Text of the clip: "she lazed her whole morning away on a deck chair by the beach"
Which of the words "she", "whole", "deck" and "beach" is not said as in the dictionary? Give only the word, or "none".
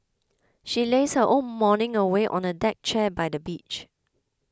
whole